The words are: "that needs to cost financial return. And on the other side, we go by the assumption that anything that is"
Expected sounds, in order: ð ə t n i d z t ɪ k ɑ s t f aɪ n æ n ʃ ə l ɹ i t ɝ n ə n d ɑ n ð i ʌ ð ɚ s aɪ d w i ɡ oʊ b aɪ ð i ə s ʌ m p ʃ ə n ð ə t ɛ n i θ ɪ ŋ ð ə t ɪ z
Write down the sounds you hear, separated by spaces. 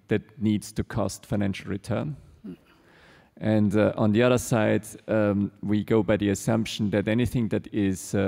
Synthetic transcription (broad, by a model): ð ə t n i d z t ɪ k ɑ s t f aɪ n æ n ʃ l ɹ i t ɝ n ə n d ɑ n ð i ʌ ð ɚ s aɪ d w i ɡ oʊ b aɪ ð i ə s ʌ m p ʃ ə n ð ə t ɛ n i θ ɪ ŋ ð ə t ɪ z